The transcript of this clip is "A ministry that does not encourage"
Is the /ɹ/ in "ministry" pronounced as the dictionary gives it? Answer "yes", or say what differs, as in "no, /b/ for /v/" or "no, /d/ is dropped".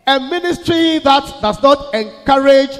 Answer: yes